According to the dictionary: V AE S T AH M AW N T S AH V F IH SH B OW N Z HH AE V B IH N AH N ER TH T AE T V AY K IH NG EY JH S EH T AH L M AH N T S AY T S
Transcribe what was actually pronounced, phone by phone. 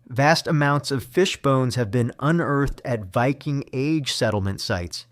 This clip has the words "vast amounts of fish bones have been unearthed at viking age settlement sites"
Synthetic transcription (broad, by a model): V AE S T AH M AW N T S AH V F IH SH B OW N Z HH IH V B IH N AH N ER TH T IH T V AY K IH NG EY JH S EH T L M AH N T S AY T S